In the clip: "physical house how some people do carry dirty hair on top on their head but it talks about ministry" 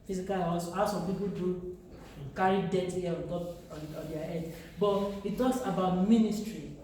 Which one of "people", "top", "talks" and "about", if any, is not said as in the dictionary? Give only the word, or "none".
top